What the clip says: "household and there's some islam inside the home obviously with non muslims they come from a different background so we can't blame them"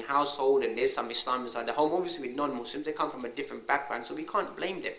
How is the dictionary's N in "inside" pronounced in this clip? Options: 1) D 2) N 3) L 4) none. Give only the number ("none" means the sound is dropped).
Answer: 4